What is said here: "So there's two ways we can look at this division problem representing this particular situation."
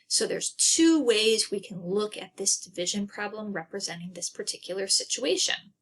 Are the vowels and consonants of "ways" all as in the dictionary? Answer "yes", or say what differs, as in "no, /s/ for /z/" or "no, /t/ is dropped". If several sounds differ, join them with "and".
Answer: yes